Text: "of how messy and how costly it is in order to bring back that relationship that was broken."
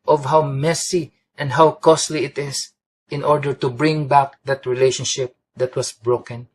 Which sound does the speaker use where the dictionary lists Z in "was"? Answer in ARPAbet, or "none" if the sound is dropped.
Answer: S